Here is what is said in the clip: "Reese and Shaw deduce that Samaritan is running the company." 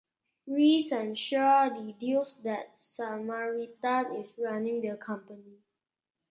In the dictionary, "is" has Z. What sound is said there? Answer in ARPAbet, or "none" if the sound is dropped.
S